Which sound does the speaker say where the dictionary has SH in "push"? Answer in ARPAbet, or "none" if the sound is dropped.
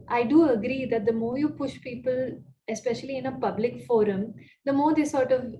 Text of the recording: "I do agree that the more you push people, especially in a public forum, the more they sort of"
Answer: SH